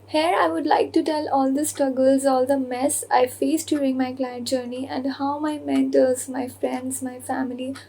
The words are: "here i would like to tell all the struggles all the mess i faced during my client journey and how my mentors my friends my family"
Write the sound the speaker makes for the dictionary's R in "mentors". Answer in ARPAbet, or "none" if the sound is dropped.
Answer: L